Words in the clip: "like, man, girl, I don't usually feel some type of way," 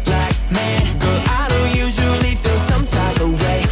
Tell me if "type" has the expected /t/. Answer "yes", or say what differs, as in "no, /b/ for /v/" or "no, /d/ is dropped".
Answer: no, /s/ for /t/